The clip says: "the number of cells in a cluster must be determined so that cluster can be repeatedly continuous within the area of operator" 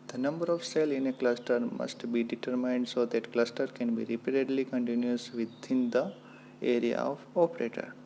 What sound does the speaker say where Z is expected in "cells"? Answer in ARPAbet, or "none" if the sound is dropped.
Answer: none